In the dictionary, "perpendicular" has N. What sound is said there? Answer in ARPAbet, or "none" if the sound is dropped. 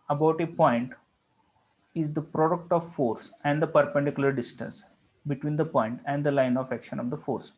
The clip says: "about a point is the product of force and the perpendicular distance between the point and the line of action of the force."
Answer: N